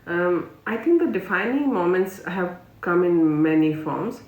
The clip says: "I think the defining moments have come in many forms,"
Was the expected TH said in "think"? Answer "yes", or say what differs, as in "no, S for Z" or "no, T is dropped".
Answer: no, T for TH